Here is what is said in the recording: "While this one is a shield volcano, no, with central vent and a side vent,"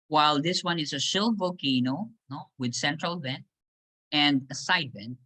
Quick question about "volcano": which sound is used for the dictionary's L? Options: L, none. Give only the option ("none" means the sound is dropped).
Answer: none